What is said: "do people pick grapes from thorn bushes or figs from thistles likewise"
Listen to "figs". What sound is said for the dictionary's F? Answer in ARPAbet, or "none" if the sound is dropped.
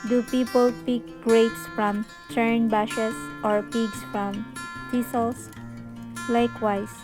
P